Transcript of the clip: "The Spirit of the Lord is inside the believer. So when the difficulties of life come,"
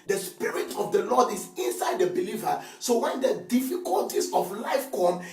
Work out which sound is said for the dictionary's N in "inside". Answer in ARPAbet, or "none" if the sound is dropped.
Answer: N